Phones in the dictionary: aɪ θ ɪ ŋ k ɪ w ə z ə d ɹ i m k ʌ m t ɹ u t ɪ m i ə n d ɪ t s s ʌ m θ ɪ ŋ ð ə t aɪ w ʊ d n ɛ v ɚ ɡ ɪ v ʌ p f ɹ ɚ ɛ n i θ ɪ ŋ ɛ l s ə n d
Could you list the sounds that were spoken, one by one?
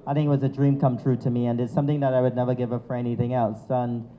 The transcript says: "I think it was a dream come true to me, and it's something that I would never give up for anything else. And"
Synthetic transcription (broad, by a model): aɪ θ ɪ ŋ k ɪ w ə z ə d ɹ i m k ʌ m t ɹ u t ɪ m i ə n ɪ t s s ʌ m θ ɪ ŋ ð ə t aɪ w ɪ d n ɛ v ɚ ɡ ɪ v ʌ f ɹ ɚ ɛ n i θ ɪ ŋ ɛ l s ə n